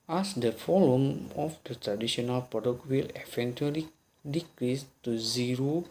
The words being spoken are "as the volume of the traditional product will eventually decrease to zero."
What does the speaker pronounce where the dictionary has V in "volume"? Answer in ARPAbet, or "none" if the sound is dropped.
F